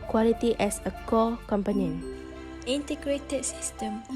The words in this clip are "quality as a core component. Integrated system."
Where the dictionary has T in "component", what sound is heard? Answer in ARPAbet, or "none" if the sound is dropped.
none